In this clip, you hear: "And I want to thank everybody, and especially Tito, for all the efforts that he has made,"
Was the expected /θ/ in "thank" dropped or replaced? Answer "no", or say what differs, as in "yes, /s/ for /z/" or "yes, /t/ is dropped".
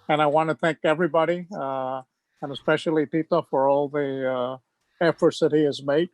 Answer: no